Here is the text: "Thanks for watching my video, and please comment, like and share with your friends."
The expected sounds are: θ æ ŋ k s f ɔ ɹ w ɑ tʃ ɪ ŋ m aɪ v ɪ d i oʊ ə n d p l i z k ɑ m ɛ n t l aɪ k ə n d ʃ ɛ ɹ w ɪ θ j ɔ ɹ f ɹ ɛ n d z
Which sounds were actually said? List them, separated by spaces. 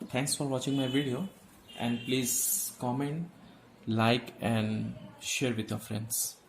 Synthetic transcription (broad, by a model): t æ ŋ k s f ɔ ɹ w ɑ tʃ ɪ ŋ m aɪ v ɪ d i oʊ ə n d p l i z k ɑ m ɛ n t l aɪ k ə n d ʃ ɛ ɹ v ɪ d j ɔ ɹ f ɹ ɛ n d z